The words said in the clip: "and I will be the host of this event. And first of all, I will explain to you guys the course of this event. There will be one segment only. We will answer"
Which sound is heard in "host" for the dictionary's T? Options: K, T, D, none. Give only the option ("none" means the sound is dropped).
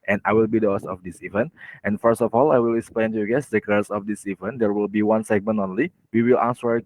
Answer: none